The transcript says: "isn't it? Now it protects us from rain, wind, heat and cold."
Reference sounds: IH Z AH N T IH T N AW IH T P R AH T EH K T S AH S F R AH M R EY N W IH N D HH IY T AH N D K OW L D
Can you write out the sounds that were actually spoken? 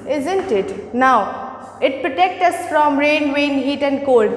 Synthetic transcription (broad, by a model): IH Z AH N T IH T N AW IH T P R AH T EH K T AH S F R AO M R EY N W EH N HH IY T AH N D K OW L D